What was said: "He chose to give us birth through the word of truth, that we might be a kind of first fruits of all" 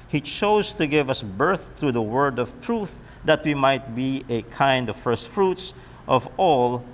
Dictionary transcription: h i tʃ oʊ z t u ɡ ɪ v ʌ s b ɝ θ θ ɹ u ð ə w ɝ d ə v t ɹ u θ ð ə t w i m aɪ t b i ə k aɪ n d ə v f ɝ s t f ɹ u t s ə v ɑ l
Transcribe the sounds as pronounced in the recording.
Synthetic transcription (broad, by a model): h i tʃ oʊ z t u ɡ ɪ v ʌ s b ɝ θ θ ɹ u ð ə w ɝ d ə v t ɹ u θ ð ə t w i m aɪ t b i ə k aɪ n d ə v f ɝ s t f ɹ u t s ə v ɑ l